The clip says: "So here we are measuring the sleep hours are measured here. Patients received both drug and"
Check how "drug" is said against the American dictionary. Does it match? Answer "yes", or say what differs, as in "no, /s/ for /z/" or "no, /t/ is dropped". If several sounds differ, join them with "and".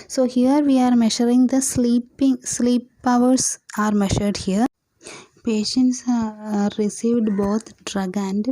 yes